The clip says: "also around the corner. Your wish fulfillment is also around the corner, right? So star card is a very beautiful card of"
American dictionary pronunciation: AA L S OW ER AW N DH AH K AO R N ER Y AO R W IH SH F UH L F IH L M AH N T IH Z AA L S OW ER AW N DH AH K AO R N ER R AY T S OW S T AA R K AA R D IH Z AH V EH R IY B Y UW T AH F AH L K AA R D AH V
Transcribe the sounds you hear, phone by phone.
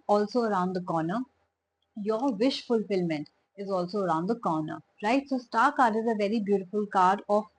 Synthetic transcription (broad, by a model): AA L S OW ER AW N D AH K AO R N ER Y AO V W IH SH F UH L F IH L M AH N T IH Z AA L S OW ER AW N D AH K AO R N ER R AY T S OW S T AA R K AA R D IH Z AH V EH R IY B Y UW T AH F AH L K AA R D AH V